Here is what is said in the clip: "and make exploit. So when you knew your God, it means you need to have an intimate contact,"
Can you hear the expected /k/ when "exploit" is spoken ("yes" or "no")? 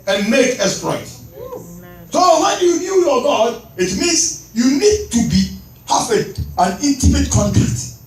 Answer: no